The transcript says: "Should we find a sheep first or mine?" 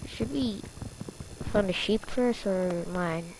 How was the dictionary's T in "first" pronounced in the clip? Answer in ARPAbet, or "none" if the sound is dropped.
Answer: none